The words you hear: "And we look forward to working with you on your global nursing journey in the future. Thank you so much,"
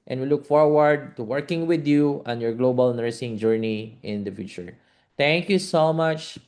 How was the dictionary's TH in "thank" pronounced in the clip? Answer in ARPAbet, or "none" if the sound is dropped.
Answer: T